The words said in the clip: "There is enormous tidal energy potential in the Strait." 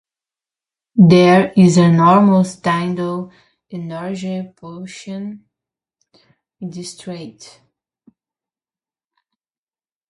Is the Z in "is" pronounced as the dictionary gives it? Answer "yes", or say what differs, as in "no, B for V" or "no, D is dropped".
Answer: yes